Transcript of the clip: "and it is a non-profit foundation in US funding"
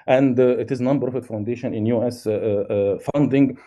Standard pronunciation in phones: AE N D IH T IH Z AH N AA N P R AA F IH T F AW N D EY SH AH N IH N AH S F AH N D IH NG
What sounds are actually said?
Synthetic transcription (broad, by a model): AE N D IH T IH Z N AA N B R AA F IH T F AW N D EY SH AH N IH N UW S F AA N D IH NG